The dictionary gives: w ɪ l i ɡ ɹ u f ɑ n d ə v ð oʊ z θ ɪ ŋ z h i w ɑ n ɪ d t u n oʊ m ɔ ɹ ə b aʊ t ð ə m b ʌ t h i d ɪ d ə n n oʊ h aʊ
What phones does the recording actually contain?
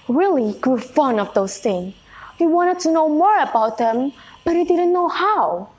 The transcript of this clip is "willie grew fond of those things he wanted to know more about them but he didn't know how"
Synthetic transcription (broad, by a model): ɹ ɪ l i ɡ ɹ u f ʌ n ə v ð oʊ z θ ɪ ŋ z h i w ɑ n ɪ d t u n oʊ m ɔ ɹ ə b aʊ t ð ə m b ʌ t h i d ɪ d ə n n oʊ h aʊ